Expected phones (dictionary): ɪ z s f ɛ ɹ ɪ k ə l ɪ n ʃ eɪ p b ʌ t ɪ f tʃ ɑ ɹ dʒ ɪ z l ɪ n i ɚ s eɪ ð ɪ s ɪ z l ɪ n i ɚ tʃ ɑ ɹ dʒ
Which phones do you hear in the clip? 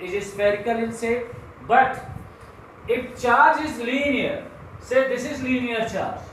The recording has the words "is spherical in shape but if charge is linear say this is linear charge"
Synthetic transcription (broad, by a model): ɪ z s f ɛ ɹ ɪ k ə l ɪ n s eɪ b ʌ t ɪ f tʃ ɑ ɹ dʒ ɪ z l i n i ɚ s eɪ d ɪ s ɪ z l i n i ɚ tʃ ɑ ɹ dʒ